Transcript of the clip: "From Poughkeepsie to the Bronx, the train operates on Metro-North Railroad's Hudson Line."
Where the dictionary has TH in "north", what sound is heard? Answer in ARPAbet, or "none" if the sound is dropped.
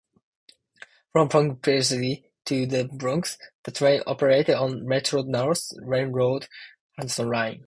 S